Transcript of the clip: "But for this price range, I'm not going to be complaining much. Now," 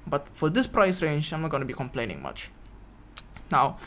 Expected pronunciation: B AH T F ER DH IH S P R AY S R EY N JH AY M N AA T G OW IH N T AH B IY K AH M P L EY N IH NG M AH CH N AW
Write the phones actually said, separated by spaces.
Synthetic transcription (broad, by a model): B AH T F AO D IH S P R AY S R EY N JH AY M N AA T G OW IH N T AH B IY K AH M P L EY N IH NG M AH CH N AW